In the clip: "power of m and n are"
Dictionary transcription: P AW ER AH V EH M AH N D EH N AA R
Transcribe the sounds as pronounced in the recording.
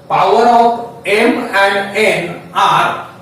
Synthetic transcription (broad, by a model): P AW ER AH P EH M AH N D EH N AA R